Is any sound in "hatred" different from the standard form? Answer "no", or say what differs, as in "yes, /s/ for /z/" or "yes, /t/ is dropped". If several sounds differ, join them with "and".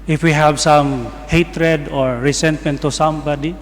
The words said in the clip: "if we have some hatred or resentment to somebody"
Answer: no